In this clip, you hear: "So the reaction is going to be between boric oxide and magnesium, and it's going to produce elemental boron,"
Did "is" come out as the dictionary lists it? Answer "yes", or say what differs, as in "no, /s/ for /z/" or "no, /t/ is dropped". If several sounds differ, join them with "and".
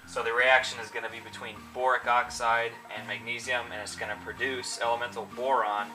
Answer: yes